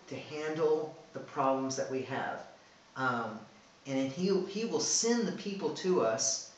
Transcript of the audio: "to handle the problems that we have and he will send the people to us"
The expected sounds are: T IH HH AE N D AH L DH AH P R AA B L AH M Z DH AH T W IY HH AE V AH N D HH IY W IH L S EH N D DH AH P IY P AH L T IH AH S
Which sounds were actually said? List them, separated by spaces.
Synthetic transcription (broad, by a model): T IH HH AE N D L DH AH P R AA B L AH M Z DH AH T W IY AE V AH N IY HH IY W IH L S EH N DH AH P IY P L T IH AH S